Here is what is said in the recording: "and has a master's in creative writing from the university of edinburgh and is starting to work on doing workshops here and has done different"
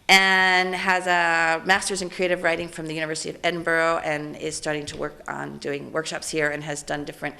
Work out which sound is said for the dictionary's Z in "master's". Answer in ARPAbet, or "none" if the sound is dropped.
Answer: Z